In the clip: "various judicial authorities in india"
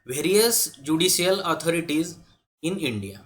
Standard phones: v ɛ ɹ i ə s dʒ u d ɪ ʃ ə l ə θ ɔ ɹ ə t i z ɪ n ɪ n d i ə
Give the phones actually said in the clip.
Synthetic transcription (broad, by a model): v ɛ ɹ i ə s dʒ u d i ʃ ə l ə t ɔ ɹ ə t i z ɪ n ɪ n d i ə